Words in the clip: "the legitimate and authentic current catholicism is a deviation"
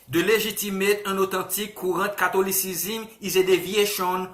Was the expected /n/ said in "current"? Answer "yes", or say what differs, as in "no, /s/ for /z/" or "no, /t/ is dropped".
no, /n/ is dropped